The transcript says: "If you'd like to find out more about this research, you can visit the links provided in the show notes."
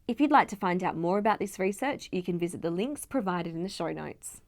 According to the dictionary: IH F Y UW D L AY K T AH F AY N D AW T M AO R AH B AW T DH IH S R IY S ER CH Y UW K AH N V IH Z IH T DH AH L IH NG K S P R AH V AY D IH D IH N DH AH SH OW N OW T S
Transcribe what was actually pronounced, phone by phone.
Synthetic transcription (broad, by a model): IH F Y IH D L AY K T AH F AY N D AW T M AO R AH B AW T DH IH S R IY S ER CH Y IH K AH N V IH Z IH T DH AH L IH NG K S P R AH V AY D IH D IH N DH AH SH OW N OW T S